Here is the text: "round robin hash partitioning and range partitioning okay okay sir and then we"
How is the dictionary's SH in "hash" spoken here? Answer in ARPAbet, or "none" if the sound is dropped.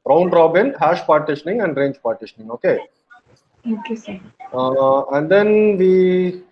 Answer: SH